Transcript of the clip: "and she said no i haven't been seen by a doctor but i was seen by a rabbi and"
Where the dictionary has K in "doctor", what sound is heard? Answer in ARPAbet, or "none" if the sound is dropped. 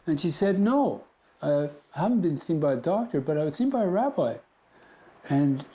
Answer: K